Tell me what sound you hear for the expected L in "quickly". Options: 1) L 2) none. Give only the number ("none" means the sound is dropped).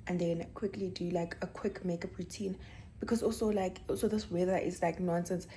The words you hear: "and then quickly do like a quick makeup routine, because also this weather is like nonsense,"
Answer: 1